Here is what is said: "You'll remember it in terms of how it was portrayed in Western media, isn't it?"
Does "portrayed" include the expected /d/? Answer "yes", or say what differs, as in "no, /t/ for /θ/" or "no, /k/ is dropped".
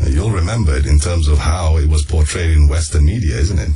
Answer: yes